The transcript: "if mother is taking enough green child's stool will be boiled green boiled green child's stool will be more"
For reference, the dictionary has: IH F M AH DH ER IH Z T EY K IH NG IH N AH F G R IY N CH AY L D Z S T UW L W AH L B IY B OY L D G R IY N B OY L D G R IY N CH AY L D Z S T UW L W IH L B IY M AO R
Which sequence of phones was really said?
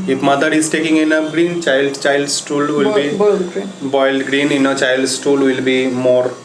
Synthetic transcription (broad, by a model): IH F M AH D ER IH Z T EY K IH NG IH N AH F G R IY N CH AY L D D S T UW L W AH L B IY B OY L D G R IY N B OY L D G R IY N CH AY L D S T UW L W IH L B IY M AO R